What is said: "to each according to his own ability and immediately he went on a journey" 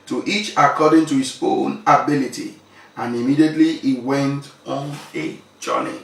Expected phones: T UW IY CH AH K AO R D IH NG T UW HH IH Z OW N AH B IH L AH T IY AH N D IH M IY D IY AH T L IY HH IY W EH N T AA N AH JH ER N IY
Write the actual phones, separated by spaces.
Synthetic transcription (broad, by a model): T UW IY CH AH K AO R D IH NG T UW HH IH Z OW N AH B IH L AH T IY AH N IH M IY D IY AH T L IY IY W EH N T AA N AH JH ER N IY